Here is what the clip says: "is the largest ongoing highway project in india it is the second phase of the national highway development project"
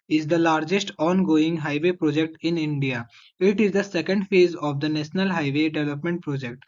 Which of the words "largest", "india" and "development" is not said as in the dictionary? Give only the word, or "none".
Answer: none